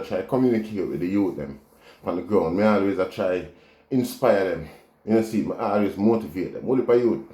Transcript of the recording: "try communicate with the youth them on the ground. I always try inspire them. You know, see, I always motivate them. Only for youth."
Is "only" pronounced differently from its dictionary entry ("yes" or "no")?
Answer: yes